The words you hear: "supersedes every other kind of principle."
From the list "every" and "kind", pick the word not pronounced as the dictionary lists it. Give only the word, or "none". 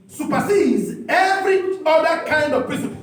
none